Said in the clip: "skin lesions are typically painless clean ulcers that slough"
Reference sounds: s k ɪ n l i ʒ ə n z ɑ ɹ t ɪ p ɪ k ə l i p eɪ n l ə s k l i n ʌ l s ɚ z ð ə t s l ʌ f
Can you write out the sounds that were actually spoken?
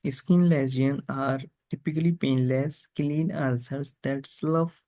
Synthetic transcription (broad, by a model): s k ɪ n l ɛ z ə n ɑ ɹ t ɪ p ɪ k ə l i p eɪ n l ə s k l i n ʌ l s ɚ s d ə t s l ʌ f